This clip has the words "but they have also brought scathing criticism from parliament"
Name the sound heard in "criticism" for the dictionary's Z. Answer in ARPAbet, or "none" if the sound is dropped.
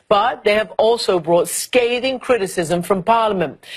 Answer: Z